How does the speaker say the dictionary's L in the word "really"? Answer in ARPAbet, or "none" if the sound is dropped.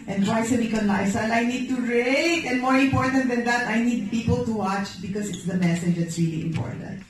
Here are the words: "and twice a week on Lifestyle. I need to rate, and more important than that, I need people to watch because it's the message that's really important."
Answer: L